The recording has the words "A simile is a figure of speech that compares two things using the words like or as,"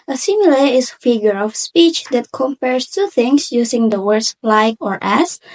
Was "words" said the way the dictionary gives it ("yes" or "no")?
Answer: no